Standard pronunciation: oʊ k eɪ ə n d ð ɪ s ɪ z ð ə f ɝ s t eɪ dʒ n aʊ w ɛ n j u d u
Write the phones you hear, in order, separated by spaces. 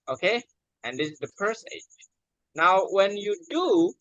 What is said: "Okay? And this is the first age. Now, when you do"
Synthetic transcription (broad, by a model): oʊ k eɪ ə n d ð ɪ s ɪ z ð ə p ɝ s eɪ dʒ n aʊ w ɛ n j u d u